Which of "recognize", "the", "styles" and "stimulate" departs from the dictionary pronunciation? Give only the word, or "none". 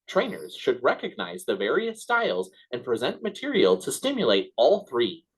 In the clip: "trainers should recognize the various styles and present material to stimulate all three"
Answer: none